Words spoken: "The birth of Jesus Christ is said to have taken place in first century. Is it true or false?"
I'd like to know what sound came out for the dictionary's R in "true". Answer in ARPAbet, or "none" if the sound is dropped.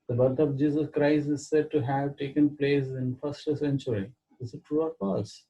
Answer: R